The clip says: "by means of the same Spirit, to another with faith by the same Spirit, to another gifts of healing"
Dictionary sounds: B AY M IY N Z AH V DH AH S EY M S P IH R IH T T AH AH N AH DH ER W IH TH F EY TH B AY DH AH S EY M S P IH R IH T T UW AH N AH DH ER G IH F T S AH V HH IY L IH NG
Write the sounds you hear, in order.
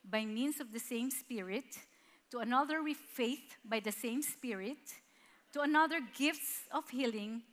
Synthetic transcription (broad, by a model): B AY M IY N S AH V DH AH S EY M S P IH R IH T T AH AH N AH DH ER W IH F EY TH B AY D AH S EY M S P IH R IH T T UW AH N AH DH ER G IH F T S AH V HH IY L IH NG